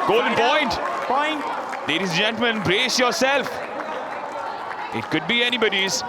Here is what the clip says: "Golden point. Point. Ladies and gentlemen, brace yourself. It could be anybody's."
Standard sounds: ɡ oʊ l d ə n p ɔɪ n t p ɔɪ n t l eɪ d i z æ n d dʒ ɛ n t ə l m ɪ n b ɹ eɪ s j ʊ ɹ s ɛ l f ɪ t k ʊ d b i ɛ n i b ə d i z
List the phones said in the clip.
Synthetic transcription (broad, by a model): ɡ oʊ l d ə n p ɔɪ n t p ɔɪ n t l eɪ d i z dʒ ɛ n t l m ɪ n b ɹ eɪ s j ʊ ɹ s ɛ l f ɪ t k ʊ d b i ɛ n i b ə d i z